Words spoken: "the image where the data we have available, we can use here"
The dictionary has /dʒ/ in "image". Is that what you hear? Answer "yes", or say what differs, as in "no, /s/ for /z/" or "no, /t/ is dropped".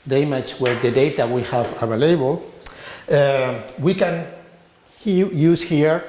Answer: no, /tʃ/ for /dʒ/